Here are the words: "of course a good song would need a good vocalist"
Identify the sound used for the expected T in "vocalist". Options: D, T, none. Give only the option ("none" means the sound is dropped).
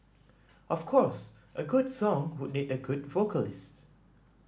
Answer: T